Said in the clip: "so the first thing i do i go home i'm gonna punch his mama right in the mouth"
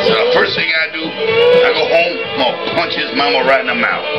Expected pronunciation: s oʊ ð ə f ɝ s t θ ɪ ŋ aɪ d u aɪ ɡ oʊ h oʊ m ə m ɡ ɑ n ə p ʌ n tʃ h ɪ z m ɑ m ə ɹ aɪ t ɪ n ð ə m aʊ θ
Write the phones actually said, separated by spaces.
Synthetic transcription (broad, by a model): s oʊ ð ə f ɝ s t θ ɪ ŋ aɪ d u aɪ ɡ oʊ h oʊ ə m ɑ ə p ʌ n tʃ h ɪ z m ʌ m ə ɹ aɪ t ɪ n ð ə m aʊ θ